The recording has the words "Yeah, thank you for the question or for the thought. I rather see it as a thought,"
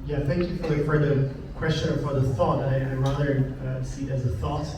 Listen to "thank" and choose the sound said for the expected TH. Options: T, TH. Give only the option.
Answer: TH